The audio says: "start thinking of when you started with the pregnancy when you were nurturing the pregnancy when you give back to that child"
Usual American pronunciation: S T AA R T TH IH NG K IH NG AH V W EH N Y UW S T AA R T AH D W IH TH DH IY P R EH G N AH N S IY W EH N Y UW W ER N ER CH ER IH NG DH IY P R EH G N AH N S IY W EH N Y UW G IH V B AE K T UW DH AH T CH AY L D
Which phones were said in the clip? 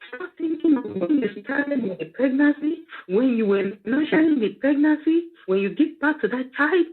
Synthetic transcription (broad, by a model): S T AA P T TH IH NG K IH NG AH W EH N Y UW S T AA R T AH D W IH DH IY P R EH G N AH N S IY W EH N Y UW W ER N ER SH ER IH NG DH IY P R EH G N AH N S IY W EH N Y UW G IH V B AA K T UW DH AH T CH AY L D